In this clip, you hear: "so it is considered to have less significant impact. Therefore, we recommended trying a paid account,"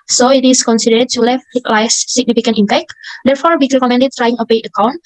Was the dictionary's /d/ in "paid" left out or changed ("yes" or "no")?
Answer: yes